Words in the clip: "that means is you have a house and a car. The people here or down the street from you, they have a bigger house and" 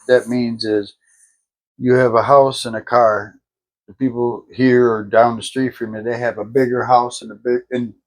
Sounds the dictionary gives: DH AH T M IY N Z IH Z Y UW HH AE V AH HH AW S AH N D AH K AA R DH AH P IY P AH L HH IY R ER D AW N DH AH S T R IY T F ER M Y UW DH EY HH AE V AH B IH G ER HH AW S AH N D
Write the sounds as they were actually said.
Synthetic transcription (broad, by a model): DH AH T M IY N Z IH Z Y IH V AH HH AW S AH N AH K AA R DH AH P IY P L HH IY R ER D AW N DH AH S T R IY T F ER M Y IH DH EY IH V AH B IH G ER HH AW S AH N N